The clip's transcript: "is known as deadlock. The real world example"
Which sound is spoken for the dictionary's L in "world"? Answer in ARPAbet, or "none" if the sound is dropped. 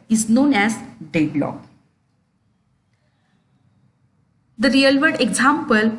none